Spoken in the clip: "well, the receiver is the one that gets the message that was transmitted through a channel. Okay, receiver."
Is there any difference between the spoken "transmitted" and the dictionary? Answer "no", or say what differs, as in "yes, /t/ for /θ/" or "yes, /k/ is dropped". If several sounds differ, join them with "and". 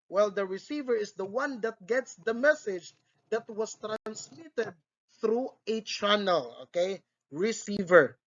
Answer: no